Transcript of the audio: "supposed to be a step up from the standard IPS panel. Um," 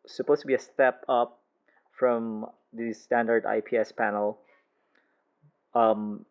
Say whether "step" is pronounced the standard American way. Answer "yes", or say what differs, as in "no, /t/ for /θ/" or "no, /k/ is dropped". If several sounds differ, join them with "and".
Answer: yes